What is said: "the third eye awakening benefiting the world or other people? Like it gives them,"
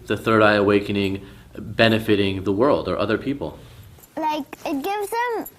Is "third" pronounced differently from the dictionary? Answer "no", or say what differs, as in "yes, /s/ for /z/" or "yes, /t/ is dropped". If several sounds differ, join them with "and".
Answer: no